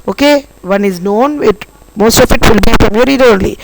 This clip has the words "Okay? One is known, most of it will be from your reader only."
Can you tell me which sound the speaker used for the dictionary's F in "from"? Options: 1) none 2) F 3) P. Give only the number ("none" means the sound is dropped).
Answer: 3